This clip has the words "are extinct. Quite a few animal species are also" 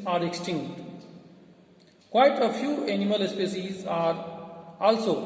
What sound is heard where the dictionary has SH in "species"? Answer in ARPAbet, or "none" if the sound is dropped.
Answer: S